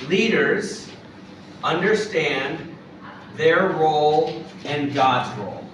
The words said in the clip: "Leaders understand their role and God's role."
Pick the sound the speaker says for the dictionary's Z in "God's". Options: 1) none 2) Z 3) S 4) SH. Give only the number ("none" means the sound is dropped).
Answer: 2